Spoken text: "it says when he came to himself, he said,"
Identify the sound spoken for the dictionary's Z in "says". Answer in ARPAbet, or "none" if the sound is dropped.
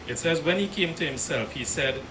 Z